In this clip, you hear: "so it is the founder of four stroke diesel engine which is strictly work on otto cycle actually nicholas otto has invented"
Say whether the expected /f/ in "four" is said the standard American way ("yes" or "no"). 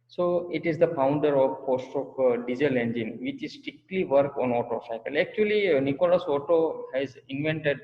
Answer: no